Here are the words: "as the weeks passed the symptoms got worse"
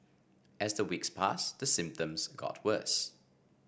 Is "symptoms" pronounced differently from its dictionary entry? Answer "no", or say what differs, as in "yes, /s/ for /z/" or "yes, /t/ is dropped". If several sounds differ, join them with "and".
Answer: no